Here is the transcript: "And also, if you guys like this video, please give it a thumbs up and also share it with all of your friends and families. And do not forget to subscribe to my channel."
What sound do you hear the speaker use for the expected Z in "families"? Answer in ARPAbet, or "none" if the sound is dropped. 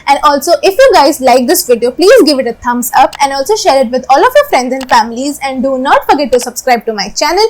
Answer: Z